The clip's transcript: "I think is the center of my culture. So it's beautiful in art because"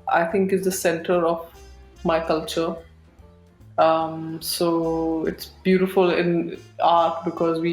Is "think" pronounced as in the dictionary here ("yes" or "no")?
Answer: no